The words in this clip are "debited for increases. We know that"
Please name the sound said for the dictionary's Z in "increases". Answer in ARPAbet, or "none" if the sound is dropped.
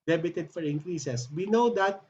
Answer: S